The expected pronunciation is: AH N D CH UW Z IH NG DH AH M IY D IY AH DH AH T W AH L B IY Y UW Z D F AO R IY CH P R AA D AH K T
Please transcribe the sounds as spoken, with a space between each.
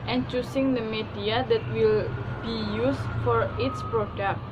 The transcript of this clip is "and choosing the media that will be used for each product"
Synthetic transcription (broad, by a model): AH N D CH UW S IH NG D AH M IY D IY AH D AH T W AH L B IY Y UW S F AO R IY S P R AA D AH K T